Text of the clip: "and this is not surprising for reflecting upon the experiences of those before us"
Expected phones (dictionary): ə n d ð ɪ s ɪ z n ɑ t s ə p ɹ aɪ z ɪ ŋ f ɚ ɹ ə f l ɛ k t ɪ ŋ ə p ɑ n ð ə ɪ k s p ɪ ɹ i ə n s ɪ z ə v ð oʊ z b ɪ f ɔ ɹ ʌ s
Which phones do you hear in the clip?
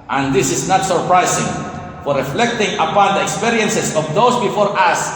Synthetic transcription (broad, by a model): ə n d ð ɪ s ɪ s n ɑ t s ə p ɹ aɪ s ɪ ŋ f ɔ ɹ ə f l ɛ k t ɪ ŋ ə p ɑ n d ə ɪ k s p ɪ ɹ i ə n s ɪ s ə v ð oʊ s b ɪ f ɔ ɹ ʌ s